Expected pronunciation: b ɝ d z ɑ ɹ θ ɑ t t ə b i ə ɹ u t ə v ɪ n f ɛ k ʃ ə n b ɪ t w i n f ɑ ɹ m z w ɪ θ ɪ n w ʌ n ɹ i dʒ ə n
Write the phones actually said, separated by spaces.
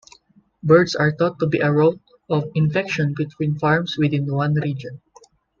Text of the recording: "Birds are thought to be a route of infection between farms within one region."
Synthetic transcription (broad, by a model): b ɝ d s ɑ ɹ t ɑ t t ə b i ə ɹ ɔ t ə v ɪ n f ɛ k ʃ ə n b ɪ t w i n f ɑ ɹ m s w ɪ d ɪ n w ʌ n ɹ i dʒ ə n